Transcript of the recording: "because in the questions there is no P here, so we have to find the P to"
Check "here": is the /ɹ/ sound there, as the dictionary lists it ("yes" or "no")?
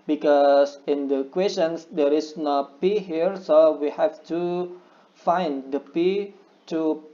yes